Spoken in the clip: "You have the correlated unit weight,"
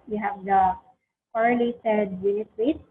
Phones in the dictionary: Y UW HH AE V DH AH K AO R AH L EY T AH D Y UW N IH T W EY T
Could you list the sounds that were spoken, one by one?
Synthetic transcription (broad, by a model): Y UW HH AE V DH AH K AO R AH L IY S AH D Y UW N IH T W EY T